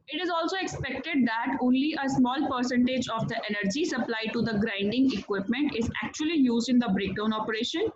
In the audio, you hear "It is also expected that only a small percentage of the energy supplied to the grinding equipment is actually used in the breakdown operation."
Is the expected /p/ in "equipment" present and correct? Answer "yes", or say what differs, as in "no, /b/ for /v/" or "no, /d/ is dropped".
yes